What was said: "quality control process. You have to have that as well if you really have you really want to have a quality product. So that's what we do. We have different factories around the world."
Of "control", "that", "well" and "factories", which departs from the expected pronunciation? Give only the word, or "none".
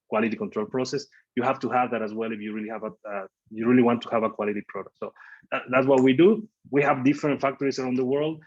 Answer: factories